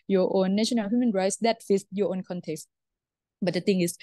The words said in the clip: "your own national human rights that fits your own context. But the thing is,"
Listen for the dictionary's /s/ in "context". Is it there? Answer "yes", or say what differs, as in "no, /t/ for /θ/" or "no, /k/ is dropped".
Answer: yes